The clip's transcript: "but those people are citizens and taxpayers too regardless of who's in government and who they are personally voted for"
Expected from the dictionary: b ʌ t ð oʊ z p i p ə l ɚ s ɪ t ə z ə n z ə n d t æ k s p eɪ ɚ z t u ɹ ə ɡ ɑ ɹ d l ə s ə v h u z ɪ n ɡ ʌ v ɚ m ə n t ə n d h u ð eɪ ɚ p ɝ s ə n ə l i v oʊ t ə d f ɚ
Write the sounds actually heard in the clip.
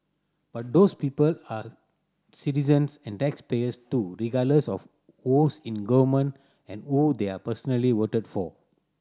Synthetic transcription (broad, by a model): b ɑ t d oʊ s p i p ə l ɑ s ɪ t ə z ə n s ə n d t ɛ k s p eɪ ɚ s t u ɹ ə ɡ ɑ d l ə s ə f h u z ɪ n ɡ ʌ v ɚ m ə n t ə n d h u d eɪ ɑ p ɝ s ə n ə l i w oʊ t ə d f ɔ